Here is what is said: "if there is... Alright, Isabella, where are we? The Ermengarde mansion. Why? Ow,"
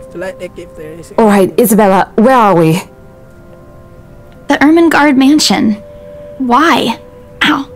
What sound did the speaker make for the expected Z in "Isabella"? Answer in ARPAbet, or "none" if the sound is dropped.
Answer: Z